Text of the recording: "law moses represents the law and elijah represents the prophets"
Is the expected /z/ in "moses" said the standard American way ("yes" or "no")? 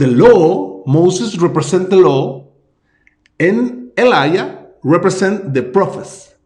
no